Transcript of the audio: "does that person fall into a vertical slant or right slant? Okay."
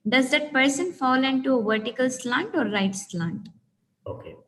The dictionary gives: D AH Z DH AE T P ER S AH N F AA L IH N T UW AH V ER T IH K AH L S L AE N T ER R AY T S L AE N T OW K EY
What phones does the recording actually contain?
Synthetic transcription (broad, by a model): D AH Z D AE T P ER S AH N F AA L IH N T UW AH V ER T IH K AH L S L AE N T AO R AY T S L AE N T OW K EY